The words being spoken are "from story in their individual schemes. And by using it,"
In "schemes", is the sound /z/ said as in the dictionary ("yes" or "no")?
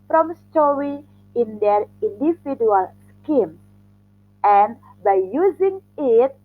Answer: no